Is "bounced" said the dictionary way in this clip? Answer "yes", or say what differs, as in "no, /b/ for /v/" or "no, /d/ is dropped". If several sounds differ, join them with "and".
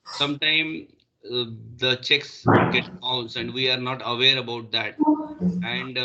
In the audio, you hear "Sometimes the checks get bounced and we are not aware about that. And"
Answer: no, /t/ is dropped